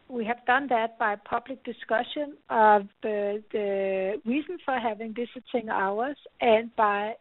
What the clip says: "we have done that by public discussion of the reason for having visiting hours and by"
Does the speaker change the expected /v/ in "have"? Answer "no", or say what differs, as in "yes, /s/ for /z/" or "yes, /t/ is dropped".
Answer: no